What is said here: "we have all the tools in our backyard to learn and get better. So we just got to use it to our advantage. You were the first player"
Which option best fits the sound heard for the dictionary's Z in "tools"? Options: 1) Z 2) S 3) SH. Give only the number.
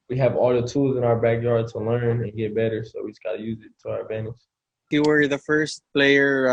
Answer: 1